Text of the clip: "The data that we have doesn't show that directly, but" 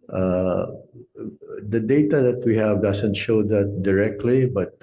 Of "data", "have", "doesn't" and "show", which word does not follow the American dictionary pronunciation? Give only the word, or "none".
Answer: doesn't